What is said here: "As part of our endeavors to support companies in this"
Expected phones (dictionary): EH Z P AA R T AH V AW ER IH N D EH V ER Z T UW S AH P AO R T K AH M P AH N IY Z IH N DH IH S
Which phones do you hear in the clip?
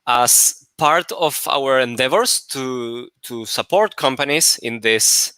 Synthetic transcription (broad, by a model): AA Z P AA R T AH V AW ER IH N D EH V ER S T UW S AH P AO R T K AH M P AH N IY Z IH N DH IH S